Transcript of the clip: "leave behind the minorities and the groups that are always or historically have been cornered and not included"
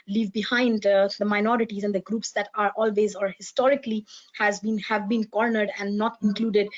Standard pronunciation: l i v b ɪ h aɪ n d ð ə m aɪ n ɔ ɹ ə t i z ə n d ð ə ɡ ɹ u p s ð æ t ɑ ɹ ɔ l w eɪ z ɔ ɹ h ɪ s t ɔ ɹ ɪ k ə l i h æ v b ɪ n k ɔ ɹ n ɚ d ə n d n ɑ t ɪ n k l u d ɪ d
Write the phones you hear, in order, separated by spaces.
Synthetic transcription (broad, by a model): l i v b ɪ h aɪ n d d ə m aɪ n ɔ ɹ ə t i z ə n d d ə ɡ ɹ u p s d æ t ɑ ɹ ɔ l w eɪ z ɔ ɹ h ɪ s t ɔ ɹ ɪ k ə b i h æ v b ɪ n k ɔ ɹ n ɚ d ə n d n ɑ t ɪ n k l u d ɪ d